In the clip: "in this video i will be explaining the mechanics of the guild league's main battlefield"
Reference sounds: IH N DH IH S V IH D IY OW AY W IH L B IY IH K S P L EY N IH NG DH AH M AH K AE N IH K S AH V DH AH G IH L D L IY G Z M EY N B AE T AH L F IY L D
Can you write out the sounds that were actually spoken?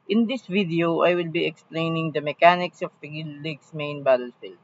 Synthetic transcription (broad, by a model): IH N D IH S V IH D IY OW AY W IH L B IY IH K S P L EY N IH NG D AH M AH K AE N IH K S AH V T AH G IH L L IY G S M EY N B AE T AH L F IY L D